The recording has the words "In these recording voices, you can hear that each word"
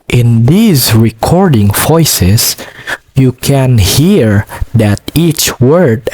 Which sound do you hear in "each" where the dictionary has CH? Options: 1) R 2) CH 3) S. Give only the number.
2